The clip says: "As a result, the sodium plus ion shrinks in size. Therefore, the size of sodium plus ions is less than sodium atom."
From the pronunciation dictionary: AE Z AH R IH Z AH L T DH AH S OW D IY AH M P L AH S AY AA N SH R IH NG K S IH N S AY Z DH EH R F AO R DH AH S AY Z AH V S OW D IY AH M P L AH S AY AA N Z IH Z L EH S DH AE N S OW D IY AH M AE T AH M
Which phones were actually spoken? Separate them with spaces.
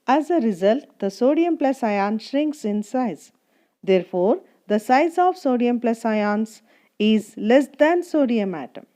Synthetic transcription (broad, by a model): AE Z AH R IH Z AH L T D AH S OW D IY AH M P L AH S AY AA N SH R IH NG K S IH N S AY Z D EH R F AO R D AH S AY Z AH V S OW D IY AH M P L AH S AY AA N S IH Z L EH S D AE N S OW D IY AH M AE T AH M